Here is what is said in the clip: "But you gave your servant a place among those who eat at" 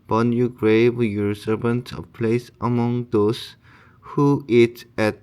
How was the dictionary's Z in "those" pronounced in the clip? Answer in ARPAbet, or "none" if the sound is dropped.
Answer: S